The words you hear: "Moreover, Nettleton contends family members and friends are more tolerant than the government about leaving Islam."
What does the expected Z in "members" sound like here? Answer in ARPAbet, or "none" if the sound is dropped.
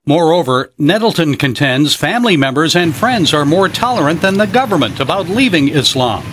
Z